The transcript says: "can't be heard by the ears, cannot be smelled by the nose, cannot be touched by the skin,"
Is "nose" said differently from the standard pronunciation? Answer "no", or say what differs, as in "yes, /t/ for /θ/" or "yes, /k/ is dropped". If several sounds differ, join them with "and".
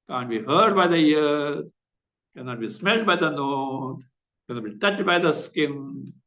yes, /z/ is dropped